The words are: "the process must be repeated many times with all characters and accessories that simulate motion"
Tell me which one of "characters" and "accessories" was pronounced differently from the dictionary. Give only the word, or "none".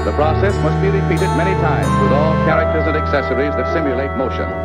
none